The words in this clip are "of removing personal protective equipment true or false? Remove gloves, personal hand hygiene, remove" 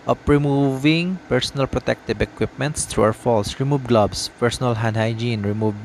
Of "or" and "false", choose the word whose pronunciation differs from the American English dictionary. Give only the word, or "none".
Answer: or